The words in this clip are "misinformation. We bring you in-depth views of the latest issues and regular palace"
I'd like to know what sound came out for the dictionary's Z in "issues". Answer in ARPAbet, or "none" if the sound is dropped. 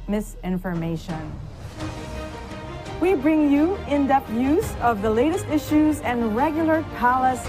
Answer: Z